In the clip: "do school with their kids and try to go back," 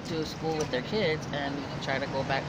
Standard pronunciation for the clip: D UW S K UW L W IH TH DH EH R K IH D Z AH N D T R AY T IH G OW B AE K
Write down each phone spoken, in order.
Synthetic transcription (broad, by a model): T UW S K UW L W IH DH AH R K IH D Z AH N T R AY T IH G OW B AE K